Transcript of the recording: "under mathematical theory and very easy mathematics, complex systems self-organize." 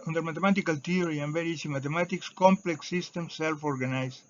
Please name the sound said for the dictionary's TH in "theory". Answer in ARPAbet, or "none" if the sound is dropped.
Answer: T